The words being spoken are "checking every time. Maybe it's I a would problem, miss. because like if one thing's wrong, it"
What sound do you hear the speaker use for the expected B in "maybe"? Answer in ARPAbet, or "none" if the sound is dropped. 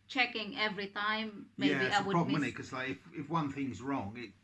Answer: none